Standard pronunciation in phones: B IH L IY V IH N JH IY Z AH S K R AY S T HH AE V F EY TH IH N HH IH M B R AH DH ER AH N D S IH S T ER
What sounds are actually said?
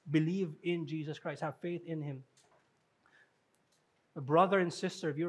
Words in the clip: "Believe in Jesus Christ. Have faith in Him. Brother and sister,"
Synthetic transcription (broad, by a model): B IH L IY V IH N JH IY Z AH S K R AY S T HH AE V F EY TH IH N HH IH M B R AH DH ER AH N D S IH S T ER